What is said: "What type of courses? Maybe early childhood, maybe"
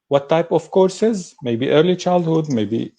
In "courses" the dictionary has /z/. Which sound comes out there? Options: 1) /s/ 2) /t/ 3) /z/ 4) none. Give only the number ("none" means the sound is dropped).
3